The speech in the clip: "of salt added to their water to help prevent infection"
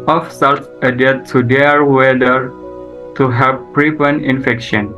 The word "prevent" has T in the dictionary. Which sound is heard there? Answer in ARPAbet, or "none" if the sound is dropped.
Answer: none